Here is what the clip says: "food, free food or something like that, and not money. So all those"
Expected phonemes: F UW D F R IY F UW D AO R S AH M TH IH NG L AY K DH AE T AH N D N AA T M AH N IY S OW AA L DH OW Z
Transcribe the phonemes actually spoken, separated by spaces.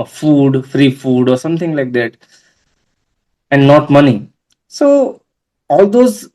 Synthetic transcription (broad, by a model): F UW D F R IY F UW D AO R S AH M T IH NG L AY K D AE T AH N D N AA T M AH N IY S OW AA L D OW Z